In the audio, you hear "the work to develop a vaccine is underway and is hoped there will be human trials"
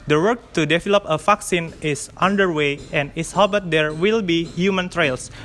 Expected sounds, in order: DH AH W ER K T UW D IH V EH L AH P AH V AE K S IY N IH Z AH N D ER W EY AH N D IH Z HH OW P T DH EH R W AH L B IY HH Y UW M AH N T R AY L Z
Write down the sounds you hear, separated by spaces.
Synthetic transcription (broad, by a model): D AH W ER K T UW D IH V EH L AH P AH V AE K S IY N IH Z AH N D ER W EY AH N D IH S HH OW B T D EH R W AH L B IY HH Y UW M AH N T R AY L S